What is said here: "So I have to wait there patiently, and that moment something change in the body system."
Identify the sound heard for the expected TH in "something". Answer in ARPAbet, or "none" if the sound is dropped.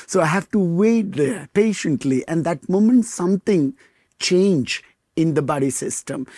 T